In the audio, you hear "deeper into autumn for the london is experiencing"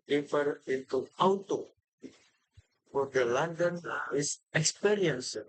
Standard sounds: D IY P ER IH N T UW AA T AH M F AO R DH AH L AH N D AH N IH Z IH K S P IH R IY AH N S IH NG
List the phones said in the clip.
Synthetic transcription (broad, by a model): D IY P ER IH N T UW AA T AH F AO R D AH L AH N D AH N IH S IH K S P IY R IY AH N S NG